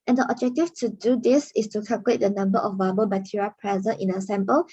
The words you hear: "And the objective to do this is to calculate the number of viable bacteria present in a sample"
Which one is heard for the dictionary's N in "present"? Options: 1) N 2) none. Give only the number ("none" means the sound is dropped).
2